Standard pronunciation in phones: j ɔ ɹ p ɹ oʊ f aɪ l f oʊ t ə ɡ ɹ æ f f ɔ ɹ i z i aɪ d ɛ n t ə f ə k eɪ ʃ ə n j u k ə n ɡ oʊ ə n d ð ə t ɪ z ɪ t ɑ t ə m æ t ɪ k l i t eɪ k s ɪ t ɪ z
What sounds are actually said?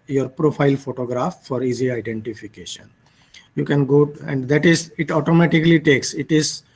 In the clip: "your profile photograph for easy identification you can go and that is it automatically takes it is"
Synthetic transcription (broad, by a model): j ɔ ɹ p ɹ oʊ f aɪ l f oʊ t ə ɡ ɹ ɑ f f ɔ ɹ i z i aɪ d ɛ n t ə f ə k eɪ ʃ ə n j u k ə n ɡ oʊ ə n d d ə t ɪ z ɪ t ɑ t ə m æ t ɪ k l i t eɪ k s ɪ t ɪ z